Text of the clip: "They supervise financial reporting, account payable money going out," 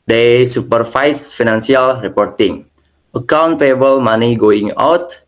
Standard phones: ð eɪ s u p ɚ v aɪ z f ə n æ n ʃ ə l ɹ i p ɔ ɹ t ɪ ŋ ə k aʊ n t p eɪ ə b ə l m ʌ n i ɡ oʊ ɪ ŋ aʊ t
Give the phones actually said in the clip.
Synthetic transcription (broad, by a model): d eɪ s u p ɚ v aɪ s f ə n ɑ n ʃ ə l ɹ i p ɔ ɹ t ɪ ŋ ə k aʊ n t f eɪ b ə l m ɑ n i ɡ oʊ ɪ ŋ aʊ t